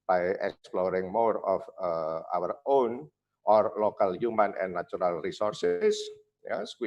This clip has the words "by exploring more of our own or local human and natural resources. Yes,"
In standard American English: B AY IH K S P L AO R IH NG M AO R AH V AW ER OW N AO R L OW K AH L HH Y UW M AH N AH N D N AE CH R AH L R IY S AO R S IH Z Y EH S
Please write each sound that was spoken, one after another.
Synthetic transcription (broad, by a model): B AY IH K S P L AO R IH NG M AO R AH F AW ER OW N AO R L OW K AH L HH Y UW M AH N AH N N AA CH R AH L R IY S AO R S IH S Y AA S